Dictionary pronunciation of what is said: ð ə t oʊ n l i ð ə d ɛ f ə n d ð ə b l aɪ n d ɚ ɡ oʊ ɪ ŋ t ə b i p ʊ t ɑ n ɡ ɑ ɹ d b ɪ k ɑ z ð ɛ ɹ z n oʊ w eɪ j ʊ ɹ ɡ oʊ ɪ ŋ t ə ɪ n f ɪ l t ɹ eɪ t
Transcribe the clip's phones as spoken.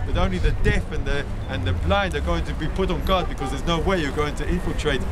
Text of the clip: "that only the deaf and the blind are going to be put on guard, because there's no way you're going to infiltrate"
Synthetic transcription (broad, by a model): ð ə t oʊ n l i ð ə d ɛ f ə n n ð ə b l aɪ n d ɚ ɡ oʊ ɪ ŋ t ə b i p ʊ t n ɡ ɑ d b ɪ k ɑ z ð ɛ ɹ z n oʊ w eɪ j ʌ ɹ ɡ oʊ ɪ ŋ t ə ɪ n f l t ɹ eɪ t